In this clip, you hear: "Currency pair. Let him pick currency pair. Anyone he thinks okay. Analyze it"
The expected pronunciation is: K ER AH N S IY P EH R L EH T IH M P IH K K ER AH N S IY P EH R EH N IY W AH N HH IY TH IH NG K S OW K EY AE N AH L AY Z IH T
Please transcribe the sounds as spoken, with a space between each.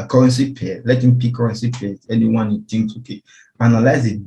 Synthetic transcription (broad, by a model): K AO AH N S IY P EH L EH T IH M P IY K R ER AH N S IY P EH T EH N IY W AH N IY T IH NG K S OW K EY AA N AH L AY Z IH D